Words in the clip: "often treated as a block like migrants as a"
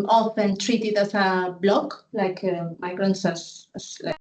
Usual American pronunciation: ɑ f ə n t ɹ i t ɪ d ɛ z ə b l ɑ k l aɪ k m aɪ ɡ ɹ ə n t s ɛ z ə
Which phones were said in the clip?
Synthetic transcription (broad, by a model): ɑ f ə n t ɹ i t ɪ d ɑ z ə b l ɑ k l aɪ k m aɪ ɡ ɹ ə n t s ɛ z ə